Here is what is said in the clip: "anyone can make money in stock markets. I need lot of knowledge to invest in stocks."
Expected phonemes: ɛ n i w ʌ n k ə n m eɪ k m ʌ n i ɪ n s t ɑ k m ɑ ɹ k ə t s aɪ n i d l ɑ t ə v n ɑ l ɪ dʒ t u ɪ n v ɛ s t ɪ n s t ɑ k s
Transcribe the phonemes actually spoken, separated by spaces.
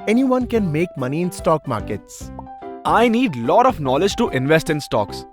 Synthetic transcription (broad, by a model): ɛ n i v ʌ n k ə n m eɪ k m ʌ n i ɪ n s t ɑ k m ɑ ɹ k ə t s aɪ n i d l ɑ t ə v n ɑ l ɪ dʒ t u ɪ n v ɛ s t ɪ n s t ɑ k s